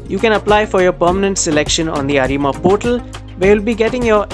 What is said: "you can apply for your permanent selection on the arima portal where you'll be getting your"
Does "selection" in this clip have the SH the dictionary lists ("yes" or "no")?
yes